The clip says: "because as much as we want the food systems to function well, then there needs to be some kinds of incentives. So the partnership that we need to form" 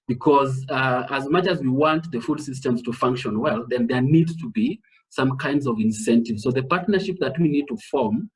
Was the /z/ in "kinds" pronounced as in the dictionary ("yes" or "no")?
yes